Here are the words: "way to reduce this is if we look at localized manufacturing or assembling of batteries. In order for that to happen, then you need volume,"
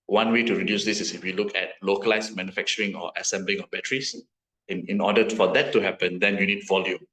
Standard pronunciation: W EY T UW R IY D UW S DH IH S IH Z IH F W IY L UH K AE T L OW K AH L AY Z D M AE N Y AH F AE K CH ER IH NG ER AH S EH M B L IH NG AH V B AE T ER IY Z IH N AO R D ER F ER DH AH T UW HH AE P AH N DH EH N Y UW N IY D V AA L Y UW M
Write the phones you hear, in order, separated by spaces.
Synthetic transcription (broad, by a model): W EY T UW R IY D UW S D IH S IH S IH F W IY L UH K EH T L OW K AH L AY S M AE N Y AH F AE K CH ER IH NG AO AH S EH M B L IH NG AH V B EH T ER IY S IH N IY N D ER F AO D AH T UW HH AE P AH N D EH N Y UW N IY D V AA L Y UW M